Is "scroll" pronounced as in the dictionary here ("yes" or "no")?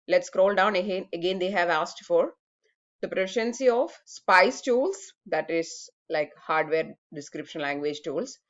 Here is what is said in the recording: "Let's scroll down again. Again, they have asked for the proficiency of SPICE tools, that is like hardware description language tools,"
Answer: yes